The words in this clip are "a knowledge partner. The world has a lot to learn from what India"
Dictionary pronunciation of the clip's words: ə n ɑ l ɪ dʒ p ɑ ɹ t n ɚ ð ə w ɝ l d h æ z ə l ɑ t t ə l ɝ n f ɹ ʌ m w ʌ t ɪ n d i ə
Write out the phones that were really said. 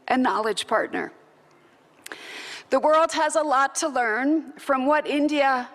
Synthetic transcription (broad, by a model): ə n ɑ l ɪ dʒ p ɑ ɹ t n ɚ ð ə w ɝ l d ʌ z ə l ɑ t t ə l ɝ n f ɹ ʌ m w ʌ t ɪ n d i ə